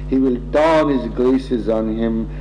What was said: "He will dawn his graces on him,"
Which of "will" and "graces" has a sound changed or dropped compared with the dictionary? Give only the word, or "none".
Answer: graces